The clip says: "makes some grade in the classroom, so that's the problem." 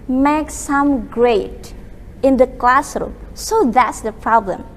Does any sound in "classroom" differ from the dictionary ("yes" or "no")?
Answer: no